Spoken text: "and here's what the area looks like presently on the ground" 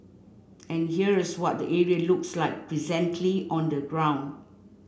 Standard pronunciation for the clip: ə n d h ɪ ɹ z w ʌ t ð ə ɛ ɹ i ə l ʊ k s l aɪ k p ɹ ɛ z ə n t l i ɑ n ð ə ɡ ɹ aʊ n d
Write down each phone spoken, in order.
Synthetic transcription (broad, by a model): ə n h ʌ ɹ s w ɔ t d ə ɛ ɹ i ə l ʊ k s l aɪ k p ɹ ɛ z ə n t l i ɑ n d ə ɡ ɹ aʊ n d